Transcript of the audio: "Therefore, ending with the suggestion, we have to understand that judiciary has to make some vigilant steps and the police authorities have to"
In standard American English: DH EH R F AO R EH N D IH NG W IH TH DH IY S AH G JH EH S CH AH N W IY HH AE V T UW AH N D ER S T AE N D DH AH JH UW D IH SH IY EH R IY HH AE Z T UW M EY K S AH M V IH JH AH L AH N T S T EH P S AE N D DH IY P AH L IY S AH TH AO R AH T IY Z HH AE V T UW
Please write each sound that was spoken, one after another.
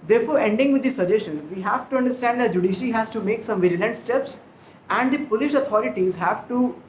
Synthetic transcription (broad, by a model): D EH R F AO R EH N D IH NG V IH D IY S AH JH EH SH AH N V IY HH AE V T UW AH N D ER S T AE N D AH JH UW D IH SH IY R IY HH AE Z T UW M EY K S AH M V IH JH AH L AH N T S T EH P S AE N D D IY P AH L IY SH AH T AO R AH T IY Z HH AE V T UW